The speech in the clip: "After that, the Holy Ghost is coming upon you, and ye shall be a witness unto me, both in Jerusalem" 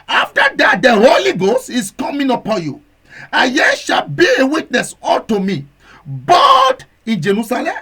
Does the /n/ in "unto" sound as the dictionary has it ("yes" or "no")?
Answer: no